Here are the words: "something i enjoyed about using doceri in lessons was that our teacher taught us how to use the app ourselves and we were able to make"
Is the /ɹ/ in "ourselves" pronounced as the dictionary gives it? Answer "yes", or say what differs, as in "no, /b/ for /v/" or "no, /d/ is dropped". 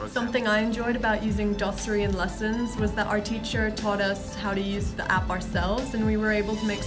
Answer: yes